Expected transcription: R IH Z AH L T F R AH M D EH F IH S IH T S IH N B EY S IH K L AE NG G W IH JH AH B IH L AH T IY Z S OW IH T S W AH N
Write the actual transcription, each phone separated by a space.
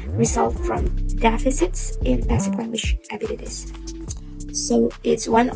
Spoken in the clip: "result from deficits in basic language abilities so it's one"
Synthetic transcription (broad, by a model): R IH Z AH L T F R AH M D EH F IH S IH T S IH N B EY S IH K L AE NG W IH SH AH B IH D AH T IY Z S OW IH T S W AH N